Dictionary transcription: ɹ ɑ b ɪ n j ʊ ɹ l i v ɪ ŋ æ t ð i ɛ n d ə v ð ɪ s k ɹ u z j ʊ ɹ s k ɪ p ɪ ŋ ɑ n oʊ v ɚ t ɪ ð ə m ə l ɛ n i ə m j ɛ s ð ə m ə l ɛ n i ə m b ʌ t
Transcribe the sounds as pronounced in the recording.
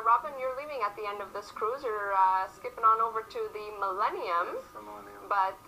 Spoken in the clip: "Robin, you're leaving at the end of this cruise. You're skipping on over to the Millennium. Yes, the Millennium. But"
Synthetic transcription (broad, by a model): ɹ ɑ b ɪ n j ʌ ɹ l i v ɪ ŋ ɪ t ð i ɛ n d ə v ð ɪ s k ɹ u z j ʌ ɹ s k ɪ p ɪ ŋ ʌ n oʊ v ɚ t ɪ ð ə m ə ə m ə m ə l ɛ n i ə m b ʌ t